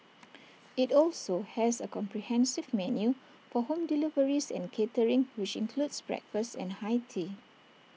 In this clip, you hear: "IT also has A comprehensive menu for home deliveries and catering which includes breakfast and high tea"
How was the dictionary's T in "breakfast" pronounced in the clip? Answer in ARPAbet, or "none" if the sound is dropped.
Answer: none